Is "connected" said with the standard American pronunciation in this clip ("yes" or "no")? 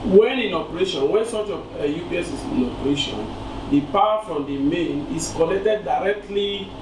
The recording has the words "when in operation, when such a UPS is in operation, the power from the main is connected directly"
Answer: no